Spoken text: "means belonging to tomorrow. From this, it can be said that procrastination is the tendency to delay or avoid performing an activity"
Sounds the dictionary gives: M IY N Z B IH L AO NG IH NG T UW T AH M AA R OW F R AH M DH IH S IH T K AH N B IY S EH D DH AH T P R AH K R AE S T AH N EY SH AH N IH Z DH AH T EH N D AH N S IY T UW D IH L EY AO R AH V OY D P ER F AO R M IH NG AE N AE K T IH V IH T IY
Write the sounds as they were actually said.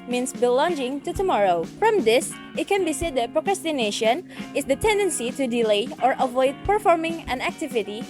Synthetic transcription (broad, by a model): M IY N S B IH L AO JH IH NG T UW T AH M AA R OW F R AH M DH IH S IH T K AH N B IY S EH D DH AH T P R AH K R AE S T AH N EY SH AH N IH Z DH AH T EH N D AH N S IY T UW D IH L EY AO R AH V OY D P ER F AO R M IH NG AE N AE K T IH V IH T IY